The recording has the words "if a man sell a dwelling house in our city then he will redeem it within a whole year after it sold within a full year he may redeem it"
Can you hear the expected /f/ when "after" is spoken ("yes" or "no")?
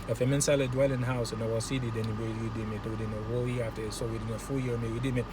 no